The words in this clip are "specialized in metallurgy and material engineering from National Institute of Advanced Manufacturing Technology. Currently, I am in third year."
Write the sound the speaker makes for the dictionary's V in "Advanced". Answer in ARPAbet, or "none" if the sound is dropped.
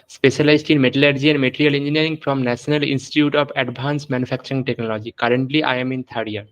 B